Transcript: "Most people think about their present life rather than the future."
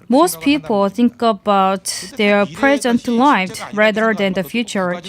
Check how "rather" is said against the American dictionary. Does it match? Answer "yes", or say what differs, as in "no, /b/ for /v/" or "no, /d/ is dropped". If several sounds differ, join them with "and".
yes